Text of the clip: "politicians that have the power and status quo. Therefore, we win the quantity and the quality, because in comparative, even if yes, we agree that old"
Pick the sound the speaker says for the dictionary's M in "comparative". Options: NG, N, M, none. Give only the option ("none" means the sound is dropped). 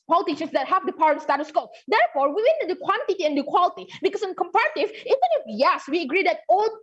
M